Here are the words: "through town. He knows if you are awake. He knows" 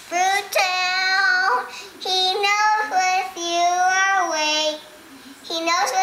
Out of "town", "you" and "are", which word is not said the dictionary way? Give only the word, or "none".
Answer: town